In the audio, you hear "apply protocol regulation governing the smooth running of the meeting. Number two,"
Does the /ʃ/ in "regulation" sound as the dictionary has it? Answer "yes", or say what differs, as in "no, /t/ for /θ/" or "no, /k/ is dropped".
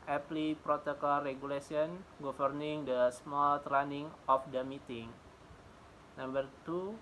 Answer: no, /s/ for /ʃ/